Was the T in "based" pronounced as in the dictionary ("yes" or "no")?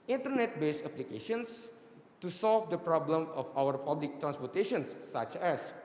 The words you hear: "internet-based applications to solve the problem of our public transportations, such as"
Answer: no